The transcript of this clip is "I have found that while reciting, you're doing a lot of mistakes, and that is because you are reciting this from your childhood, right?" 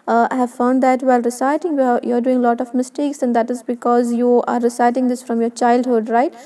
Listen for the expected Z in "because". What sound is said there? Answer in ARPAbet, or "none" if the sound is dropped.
Z